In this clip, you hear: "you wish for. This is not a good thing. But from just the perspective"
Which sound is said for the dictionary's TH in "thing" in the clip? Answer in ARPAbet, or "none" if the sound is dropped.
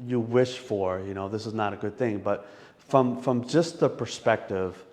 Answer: TH